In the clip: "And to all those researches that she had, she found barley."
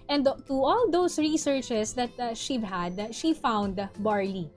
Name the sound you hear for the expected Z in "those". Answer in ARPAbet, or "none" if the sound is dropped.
S